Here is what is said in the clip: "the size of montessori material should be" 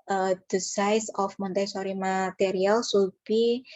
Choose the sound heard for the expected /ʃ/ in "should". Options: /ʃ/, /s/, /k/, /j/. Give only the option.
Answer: /s/